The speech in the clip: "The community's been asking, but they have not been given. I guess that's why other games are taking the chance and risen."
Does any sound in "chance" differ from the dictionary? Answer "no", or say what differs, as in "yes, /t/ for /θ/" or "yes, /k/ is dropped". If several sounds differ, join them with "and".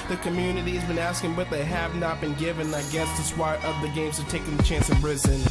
no